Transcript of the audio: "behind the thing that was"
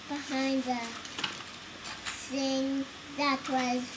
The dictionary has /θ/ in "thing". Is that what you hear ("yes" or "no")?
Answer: no